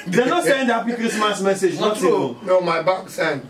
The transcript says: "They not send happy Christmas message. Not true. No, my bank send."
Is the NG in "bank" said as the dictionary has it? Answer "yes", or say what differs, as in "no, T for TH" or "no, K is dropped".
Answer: no, NG is dropped